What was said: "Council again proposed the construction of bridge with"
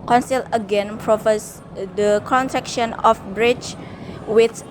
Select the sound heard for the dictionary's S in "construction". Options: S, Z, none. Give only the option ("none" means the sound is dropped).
none